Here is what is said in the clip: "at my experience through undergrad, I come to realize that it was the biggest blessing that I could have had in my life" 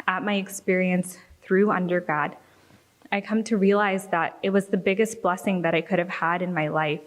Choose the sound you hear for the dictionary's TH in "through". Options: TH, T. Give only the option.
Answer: TH